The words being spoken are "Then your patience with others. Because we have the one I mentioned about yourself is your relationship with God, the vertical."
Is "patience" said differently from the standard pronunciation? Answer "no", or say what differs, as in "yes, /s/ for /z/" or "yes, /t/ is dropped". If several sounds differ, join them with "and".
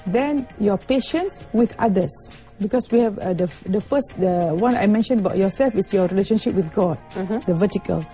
no